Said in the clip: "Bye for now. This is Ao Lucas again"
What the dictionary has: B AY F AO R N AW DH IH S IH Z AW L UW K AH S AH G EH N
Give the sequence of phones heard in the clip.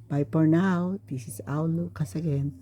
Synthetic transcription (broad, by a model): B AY P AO R N AW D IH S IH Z AW L UW K AH S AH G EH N